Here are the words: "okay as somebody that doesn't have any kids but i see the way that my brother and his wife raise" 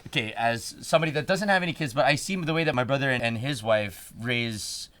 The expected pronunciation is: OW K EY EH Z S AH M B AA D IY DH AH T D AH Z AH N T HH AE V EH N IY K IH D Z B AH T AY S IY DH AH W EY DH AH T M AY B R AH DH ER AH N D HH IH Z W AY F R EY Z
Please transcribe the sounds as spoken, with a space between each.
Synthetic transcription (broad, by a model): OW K EY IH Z S AH M B AA D IY DH AH T D AH Z AH N T HH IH V EH N IY K IH D Z B AH T AY S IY DH AH W EY DH AH T M AY B R AH DH ER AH N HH IH Z W AY F R EY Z